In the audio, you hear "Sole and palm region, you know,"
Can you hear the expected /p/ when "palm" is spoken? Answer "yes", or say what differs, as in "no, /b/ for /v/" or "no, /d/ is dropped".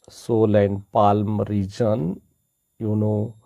yes